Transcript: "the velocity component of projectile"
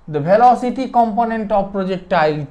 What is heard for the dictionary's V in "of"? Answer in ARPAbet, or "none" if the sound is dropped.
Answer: B